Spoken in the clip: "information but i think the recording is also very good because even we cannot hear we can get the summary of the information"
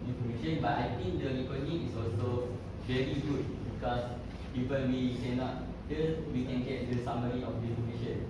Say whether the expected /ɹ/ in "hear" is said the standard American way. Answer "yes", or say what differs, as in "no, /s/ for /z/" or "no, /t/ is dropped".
no, /l/ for /ɹ/